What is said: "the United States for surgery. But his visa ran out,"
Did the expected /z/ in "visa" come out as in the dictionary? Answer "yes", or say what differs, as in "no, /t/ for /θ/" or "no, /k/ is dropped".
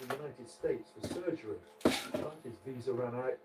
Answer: yes